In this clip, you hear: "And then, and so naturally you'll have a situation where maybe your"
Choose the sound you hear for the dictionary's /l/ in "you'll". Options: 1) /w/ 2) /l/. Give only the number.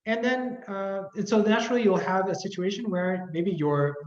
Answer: 2